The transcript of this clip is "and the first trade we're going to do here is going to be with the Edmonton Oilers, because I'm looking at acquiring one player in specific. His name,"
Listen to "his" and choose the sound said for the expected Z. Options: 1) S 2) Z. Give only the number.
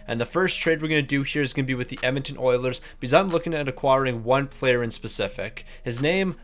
2